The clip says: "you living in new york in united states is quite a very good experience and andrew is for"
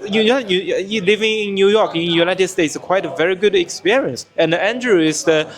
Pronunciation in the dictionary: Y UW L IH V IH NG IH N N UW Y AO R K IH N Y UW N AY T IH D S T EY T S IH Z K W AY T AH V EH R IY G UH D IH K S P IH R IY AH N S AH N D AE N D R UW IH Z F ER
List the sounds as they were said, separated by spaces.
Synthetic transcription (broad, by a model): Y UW L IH V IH NG IH N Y UW Y AO K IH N Y UW N AY T IH D S T EY T S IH K W AY T AH V EH R IY G UH D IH K S P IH R IY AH N S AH N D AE N D R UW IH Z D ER